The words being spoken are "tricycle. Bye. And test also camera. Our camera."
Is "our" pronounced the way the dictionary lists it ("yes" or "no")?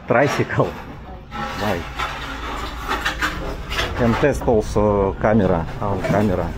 no